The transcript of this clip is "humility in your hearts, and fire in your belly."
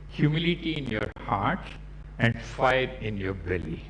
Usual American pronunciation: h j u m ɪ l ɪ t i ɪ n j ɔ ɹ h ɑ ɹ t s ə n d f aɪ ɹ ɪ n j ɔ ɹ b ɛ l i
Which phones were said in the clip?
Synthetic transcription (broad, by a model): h j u m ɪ l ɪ t i ɪ n j ɔ ɹ h ɑ ɹ t ə n d f aɪ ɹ ɪ n j ɔ ɹ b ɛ l i